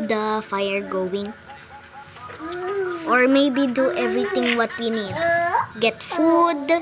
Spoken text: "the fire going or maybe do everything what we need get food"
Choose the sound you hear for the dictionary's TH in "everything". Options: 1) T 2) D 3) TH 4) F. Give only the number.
1